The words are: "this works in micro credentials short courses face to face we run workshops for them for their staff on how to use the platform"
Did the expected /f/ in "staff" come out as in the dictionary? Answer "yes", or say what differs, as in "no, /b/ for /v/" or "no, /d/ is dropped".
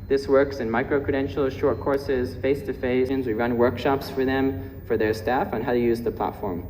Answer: yes